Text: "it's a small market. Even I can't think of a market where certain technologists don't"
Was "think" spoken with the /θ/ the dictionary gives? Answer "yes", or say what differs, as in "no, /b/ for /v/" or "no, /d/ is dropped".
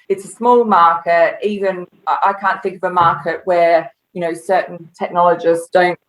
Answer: yes